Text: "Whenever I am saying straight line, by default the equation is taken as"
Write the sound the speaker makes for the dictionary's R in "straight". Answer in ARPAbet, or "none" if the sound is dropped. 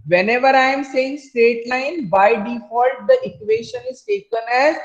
none